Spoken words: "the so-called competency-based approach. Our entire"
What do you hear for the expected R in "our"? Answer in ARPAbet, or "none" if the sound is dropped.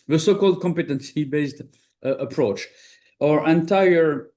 R